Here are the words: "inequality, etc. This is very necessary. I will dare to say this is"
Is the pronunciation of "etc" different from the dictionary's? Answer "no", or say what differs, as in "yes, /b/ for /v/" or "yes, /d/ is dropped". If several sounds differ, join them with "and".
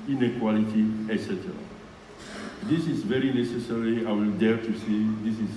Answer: no